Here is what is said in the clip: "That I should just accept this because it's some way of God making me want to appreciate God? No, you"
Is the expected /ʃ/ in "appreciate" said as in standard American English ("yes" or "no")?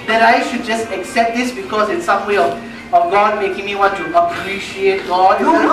yes